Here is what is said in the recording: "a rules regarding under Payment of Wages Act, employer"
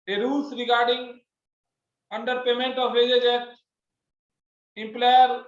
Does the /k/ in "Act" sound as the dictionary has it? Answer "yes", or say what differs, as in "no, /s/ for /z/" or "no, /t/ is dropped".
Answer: no, /k/ is dropped